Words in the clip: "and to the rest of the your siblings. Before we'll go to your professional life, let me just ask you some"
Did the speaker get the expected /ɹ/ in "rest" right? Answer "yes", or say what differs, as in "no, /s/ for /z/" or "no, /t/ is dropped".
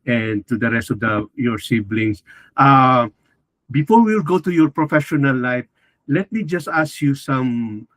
yes